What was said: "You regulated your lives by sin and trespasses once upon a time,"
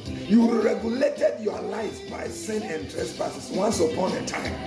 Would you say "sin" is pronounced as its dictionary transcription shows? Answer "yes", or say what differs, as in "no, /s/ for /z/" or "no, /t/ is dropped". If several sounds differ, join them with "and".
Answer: yes